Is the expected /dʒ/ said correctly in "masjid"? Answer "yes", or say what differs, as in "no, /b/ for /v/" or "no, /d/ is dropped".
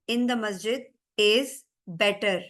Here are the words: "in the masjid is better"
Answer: yes